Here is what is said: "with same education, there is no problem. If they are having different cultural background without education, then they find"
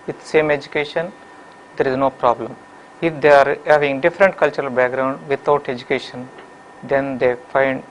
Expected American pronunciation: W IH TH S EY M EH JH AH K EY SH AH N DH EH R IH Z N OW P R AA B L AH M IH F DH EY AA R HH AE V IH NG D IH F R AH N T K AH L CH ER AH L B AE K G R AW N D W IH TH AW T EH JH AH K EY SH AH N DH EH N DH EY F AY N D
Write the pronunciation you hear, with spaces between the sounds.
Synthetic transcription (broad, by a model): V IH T S EY M EH JH AH K EY SH AH N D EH R IH Z N OW P R AA B L AH M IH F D EY AA R HH AE V IH NG D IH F R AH N T K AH L CH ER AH L B AE K G R AW N D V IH T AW T EH JH AH K EY SH AH N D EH N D EY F AY N D